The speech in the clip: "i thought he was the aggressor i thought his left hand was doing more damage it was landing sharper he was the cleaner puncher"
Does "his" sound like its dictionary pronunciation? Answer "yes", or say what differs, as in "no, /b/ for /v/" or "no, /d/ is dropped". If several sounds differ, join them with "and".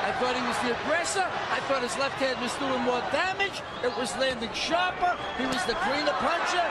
yes